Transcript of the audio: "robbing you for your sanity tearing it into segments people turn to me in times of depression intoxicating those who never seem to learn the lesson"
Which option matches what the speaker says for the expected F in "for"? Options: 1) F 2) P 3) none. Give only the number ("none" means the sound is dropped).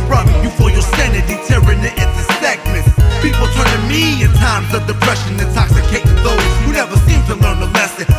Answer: 1